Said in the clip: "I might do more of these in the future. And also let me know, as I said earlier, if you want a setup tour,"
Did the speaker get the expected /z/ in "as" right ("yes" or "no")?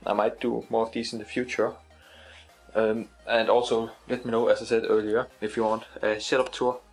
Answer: no